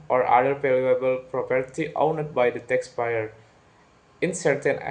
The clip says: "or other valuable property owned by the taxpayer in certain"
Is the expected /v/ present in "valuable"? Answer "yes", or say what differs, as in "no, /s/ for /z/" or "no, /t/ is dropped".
no, /p/ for /v/